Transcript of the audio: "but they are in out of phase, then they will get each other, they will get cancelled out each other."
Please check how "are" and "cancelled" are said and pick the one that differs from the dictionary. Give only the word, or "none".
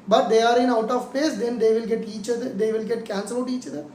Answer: cancelled